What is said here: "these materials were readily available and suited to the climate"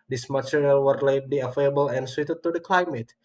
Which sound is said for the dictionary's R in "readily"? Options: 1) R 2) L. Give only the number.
2